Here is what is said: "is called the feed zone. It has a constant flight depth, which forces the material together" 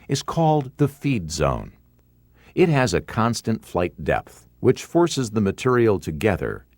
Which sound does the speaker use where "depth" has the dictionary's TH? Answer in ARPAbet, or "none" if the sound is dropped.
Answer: TH